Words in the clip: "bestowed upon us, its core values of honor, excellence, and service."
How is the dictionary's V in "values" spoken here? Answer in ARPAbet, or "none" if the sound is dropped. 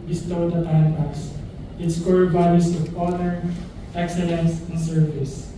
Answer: B